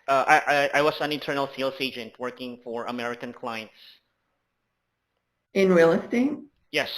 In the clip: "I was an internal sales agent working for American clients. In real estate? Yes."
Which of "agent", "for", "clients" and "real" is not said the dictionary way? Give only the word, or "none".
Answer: none